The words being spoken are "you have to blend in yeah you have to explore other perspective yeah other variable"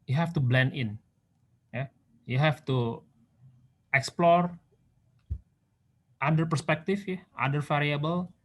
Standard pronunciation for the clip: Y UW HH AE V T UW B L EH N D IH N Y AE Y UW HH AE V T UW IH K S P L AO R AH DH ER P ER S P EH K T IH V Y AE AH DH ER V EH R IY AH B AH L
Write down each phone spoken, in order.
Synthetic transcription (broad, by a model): Y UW HH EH F T UW B L EH N D IH N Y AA Y UW HH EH F T UW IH K S P L AO R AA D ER P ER S P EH K T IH F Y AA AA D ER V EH R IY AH B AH L